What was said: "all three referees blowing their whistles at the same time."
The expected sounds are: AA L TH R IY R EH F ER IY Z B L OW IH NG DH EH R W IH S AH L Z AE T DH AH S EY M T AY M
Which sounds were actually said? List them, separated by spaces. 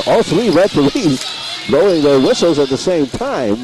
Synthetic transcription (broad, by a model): AA L TH R IY R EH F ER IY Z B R OW IH NG DH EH R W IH S L Z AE T DH AH S EY M T AY M